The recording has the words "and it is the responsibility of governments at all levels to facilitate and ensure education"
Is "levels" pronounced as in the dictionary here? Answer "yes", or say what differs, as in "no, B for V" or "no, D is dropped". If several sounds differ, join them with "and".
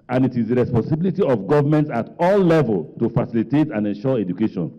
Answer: no, Z is dropped